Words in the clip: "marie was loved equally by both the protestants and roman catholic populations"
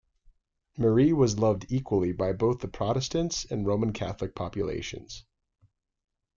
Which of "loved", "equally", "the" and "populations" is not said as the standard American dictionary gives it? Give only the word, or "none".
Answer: none